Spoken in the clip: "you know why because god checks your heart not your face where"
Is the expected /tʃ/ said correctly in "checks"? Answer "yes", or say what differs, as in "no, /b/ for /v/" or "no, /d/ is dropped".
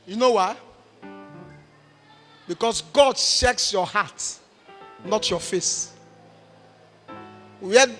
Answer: no, /ʃ/ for /tʃ/